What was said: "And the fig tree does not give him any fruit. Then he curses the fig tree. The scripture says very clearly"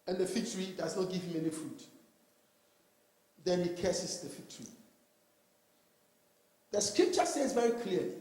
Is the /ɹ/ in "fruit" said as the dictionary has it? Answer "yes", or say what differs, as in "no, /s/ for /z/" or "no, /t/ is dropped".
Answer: no, /ɹ/ is dropped